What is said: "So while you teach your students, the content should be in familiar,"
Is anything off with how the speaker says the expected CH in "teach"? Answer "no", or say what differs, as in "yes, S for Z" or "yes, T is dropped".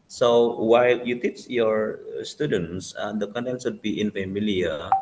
no